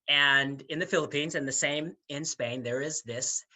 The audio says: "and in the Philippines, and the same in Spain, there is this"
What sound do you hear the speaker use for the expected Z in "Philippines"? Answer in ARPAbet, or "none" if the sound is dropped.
Z